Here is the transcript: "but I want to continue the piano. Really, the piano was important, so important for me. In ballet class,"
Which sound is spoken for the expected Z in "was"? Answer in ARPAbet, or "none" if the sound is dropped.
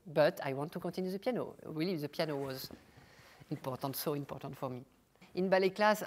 Z